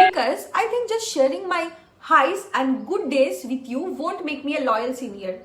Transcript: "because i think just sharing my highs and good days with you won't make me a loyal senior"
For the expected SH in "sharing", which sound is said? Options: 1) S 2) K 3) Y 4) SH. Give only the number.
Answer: 4